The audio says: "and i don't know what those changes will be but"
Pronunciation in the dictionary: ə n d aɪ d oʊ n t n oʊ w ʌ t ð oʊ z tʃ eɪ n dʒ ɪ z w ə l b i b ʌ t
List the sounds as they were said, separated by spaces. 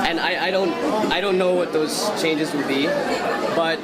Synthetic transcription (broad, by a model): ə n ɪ aɪ d oʊ n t n oʊ w ʌ t ð oʊ z tʃ eɪ n dʒ ɪ z w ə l b i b ʌ t